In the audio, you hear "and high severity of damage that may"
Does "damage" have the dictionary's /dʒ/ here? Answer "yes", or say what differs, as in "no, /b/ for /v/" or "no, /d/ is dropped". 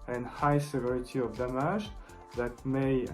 no, /ʒ/ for /dʒ/